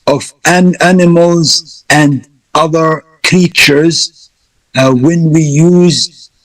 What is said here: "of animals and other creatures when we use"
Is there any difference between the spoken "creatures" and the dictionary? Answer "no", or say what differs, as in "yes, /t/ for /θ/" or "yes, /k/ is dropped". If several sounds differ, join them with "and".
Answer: no